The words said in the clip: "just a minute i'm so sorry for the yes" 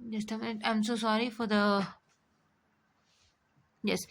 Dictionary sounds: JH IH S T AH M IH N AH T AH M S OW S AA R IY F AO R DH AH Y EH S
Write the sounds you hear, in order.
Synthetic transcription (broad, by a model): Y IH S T AH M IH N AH AH M S OW S AA R IY F AO R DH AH Y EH S